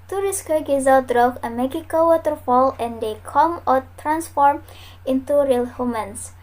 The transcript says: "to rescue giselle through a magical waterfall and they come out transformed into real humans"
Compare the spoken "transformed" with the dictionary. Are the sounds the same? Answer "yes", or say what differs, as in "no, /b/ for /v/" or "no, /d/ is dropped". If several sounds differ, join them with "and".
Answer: no, /d/ is dropped